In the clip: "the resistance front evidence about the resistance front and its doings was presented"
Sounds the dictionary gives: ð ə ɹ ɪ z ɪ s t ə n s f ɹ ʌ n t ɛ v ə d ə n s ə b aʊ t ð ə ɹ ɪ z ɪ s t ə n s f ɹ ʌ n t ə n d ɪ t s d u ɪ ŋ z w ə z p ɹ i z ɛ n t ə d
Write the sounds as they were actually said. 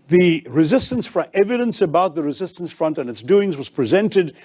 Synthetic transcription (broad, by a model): ð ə ɹ ɪ z ɪ s t ə n s f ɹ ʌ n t ɛ v ə d ə n s ə b aʊ t ð ə ɹ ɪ z ɪ s t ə n s f ɹ ʌ n t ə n ɪ t s d u ɪ ŋ z w ə z p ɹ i z ɛ n t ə d